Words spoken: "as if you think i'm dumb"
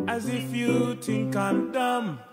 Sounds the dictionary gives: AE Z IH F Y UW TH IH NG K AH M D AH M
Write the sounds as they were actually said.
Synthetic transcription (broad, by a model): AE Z IH F Y UW T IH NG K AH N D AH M